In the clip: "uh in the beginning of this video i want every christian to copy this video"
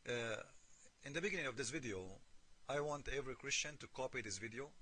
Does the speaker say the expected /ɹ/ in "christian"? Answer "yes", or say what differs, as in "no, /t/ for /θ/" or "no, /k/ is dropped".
yes